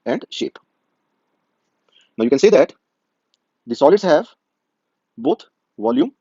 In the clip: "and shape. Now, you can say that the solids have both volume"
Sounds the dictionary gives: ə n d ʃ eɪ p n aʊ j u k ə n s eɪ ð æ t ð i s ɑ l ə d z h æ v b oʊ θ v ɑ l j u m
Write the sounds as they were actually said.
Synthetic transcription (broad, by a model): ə n d ʃ eɪ p n aʊ j u k ə n s eɪ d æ t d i s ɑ l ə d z h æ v b oʊ t v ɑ l j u m